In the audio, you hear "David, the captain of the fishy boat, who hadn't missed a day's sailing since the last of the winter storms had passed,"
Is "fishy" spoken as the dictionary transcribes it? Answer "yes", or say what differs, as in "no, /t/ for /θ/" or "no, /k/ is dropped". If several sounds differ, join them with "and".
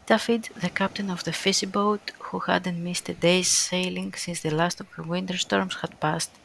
no, /s/ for /ʃ/